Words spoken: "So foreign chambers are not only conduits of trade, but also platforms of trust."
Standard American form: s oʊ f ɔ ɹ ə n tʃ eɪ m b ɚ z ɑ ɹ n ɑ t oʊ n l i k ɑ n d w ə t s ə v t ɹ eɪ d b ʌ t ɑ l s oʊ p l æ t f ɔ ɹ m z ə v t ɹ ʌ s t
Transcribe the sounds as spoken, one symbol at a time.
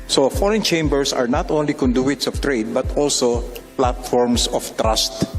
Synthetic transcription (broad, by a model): s oʊ f ɔ ɹ ə n tʃ eɪ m b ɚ s ɑ ɹ n ɑ t oʊ n l i k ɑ n d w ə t s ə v t ɹ eɪ d b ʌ t ɑ l s oʊ p l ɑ t f ɔ ɹ m s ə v t ɹ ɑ s t